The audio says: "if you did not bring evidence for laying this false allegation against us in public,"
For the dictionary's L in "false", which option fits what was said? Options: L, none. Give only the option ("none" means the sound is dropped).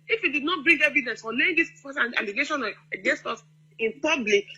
none